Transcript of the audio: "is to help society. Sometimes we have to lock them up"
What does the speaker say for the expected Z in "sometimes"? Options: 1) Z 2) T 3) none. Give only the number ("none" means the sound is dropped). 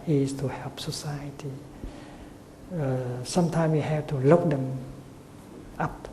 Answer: 3